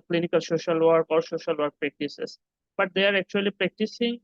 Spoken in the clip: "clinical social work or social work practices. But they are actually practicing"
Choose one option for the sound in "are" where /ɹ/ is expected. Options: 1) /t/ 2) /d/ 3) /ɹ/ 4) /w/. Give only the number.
3